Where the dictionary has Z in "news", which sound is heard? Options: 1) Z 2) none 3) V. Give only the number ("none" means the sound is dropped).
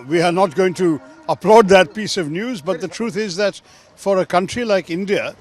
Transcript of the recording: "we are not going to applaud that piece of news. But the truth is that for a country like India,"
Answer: 1